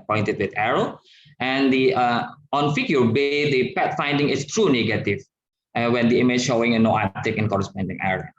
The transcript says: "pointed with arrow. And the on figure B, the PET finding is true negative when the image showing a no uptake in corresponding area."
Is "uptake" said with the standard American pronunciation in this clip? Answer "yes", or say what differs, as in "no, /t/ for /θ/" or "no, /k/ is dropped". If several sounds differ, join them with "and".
no, /p/ is dropped